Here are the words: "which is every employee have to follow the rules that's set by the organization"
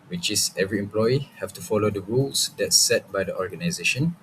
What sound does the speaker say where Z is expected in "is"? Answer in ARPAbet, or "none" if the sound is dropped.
S